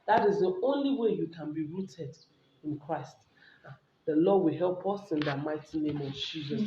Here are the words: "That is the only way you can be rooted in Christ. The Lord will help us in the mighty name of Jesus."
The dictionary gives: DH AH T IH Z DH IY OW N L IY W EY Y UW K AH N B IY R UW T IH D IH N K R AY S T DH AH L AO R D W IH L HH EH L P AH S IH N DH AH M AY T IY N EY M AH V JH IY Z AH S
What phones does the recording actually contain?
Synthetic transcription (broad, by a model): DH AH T IH Z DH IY OW N L IY W EY Y UW K AH N B IY R UW T IH D IH N K R AY S T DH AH L AO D W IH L HH EH L P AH S IH N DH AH M AY T IY N EY M AH V JH IY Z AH S